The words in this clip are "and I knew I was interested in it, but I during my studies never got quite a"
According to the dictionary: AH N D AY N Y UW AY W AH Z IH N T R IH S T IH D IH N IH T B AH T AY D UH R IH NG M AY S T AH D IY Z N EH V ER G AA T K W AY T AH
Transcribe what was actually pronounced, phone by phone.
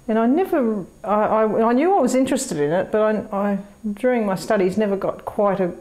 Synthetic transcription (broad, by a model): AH N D AY N Y UW AY W AH Z IH N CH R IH S T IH D IH N IH T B AH T AY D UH R IH NG M AY S T AH D IY Z N EH V ER G AA T K W AY T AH